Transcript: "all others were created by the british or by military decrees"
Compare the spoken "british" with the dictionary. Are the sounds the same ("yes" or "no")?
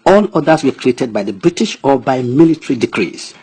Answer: yes